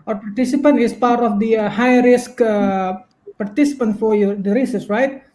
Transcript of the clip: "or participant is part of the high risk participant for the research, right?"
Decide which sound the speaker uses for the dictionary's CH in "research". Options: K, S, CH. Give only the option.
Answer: S